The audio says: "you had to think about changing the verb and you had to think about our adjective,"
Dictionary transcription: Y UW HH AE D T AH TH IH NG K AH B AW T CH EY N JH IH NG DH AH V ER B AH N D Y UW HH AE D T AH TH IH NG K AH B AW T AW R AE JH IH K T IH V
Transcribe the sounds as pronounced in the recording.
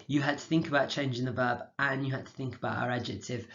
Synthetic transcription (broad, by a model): Y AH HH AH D T AH TH IH NG K AH B AW T CH EY N JH IH NG DH AH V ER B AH N Y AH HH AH D T AH TH IH NG K AH B AW T AW R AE JH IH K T IH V